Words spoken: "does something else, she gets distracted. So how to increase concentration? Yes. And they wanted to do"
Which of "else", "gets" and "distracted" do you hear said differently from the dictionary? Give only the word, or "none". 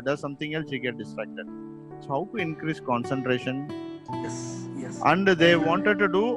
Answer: gets